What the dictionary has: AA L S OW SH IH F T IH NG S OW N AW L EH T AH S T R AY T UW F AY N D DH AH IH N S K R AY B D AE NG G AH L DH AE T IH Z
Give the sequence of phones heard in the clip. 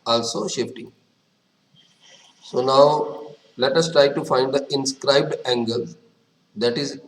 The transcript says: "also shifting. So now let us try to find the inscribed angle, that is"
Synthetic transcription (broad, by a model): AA L S OW SH IH F T IH NG S OW N AW L EH T AH S T R AY T UW F AY N D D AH IH N S K R AY B D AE NG G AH L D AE T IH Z